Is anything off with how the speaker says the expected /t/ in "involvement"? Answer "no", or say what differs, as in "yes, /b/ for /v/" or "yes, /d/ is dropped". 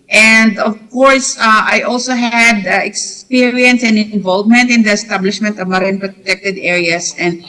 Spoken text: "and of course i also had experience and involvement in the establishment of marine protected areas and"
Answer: no